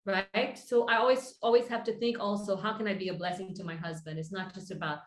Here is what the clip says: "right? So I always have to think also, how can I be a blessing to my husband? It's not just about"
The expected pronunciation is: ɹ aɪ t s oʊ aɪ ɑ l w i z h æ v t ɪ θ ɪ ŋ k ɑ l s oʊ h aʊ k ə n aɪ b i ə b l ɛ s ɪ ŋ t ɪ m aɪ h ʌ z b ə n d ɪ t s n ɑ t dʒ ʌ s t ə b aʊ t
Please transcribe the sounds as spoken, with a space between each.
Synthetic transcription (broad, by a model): ɹ aɪ t s oʊ aɪ ɑ l w i z h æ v t ɪ θ ɪ ŋ k ɑ l s oʊ h aʊ k ə n aɪ b i ə b l ɛ s ɪ ŋ t ɪ m aɪ h ʌ z b ə n d ɪ t s n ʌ t dʒ ʌ s t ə b aʊ t